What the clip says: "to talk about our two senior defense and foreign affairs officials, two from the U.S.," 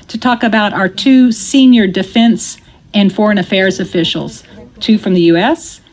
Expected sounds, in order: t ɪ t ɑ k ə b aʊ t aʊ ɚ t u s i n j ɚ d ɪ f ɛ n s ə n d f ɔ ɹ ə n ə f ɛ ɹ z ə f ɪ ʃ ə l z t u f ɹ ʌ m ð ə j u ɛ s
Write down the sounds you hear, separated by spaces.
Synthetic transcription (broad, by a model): t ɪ t ɑ k ə b aʊ t aʊ ɚ t u s i n j ɚ d ɪ f ɛ n s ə n f ɔ ɹ ə n ə f ɛ ɹ z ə f ɪ ʃ l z t u f ɹ ʌ m ð ə j u ɛ s